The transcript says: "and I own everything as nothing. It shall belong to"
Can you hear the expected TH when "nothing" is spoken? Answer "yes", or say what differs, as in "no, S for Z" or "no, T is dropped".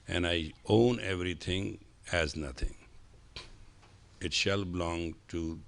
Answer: no, T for TH